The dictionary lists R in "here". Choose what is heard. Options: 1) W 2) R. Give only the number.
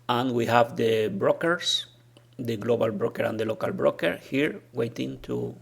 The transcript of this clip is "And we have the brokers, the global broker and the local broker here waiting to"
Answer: 2